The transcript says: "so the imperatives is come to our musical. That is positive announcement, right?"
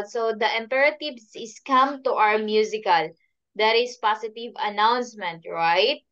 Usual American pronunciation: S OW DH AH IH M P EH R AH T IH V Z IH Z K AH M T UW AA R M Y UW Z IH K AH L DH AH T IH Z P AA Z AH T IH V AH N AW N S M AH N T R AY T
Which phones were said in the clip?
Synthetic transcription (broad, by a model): S OW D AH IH M P EH R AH T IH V S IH S K AH M T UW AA W M Y UW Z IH K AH L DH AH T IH S P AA S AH T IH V AH N AW N S M AH N T R AY T